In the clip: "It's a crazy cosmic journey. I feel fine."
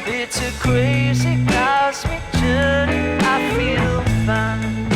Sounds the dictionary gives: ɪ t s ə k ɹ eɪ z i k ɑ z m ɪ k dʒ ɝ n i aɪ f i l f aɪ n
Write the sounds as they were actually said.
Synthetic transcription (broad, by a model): ɪ t s ə k ɹ eɪ z i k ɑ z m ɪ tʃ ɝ i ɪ f i l f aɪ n